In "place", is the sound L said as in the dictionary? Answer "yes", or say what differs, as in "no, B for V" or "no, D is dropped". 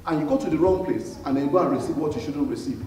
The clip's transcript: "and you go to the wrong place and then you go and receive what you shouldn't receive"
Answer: yes